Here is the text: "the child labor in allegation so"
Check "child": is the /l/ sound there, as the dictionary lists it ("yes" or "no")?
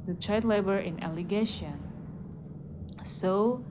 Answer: no